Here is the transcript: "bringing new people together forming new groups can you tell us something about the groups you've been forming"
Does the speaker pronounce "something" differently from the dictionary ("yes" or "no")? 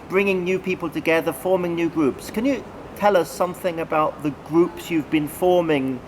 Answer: no